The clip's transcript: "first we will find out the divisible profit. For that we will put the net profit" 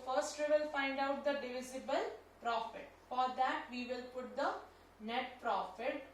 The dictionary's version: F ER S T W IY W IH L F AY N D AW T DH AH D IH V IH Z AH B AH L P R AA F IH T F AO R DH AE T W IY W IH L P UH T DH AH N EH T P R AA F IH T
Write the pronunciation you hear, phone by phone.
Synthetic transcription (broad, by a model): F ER S T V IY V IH L F AY N D AW T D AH D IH V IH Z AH B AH L P R AA F IH T F AO R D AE T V IY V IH L P UH T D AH N EH T P R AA F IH T